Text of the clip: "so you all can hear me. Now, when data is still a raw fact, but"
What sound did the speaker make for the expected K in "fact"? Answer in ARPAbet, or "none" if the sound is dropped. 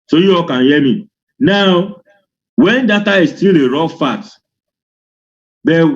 none